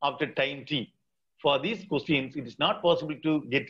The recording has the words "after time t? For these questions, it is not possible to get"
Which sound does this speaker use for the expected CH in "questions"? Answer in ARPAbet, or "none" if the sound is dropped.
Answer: none